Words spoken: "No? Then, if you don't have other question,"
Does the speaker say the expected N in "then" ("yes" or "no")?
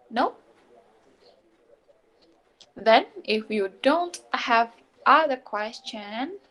yes